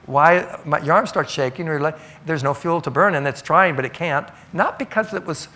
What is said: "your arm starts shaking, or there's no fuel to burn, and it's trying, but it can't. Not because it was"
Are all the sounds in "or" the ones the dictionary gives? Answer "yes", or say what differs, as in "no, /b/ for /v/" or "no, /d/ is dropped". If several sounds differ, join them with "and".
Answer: no, /l/ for /ɹ/